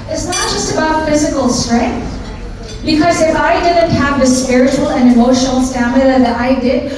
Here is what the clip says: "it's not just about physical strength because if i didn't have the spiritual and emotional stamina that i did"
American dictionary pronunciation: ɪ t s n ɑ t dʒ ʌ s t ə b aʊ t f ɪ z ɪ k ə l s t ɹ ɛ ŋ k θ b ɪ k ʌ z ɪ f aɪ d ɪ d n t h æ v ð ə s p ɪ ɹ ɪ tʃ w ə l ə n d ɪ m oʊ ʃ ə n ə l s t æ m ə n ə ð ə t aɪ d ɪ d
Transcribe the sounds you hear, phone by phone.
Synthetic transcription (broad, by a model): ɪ t s n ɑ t dʒ ʌ s t ə b aʊ t f ɪ z ɪ k ə l s t ɹ ɛ ŋ k θ b ɪ k ʌ z ɪ f aɪ d ɪ d n t h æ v ð ə s p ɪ ɹ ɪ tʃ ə l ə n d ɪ m oʊ ʃ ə n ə l s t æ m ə l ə ð ə t aɪ d ɪ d